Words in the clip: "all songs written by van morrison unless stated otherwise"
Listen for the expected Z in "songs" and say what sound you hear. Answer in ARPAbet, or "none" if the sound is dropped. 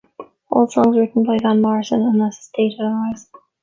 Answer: Z